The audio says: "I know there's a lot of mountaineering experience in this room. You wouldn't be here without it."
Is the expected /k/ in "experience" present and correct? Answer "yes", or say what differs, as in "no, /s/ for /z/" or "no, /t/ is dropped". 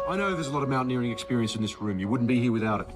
yes